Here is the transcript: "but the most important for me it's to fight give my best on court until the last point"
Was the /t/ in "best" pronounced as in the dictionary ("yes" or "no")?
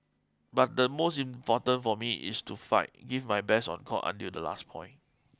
no